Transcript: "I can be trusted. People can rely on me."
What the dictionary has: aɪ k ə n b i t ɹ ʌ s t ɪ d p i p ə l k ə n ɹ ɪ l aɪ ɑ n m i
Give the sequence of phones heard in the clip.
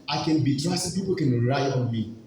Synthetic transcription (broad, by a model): aɪ k ə n b i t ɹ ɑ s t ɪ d p i p ə l k ə n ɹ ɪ ɪ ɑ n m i